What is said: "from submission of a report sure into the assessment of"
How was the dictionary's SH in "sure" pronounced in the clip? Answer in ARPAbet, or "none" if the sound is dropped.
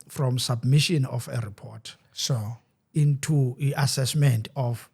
S